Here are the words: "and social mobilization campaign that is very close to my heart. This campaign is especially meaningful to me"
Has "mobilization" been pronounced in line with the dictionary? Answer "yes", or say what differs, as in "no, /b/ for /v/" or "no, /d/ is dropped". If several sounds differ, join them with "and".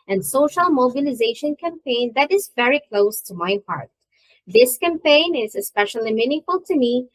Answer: yes